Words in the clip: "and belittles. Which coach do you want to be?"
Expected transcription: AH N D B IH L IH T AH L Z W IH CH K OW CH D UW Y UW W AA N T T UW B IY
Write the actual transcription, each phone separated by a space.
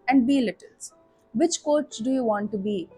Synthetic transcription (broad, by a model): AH N D B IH L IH T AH L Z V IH CH K OW S D UW Y UW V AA N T T UW B IY